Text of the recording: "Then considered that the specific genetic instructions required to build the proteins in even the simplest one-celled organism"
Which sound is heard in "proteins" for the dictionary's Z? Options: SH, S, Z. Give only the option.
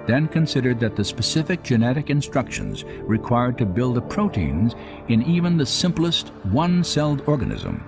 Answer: Z